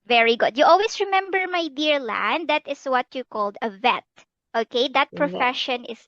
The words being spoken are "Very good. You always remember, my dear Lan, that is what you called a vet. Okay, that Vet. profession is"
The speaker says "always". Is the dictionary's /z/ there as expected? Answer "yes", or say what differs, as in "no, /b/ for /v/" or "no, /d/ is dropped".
no, /s/ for /z/